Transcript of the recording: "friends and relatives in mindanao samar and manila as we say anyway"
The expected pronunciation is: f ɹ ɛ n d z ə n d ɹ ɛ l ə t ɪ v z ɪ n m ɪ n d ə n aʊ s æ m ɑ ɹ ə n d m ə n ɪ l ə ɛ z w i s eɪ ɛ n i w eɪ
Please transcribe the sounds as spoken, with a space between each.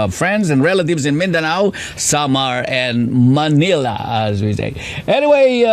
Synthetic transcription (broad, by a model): f ɹ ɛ n d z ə n ɹ ɛ l ə t ɪ v z ɪ n m ɪ n d ə n aʊ s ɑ m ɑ ɹ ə n m ə n ɪ l ə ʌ z w i s eɪ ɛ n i w eɪ